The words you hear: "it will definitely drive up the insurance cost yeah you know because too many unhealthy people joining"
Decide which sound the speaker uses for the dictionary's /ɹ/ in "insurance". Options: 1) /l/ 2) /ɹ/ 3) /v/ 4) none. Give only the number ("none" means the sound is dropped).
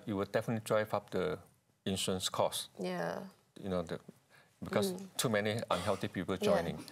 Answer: 4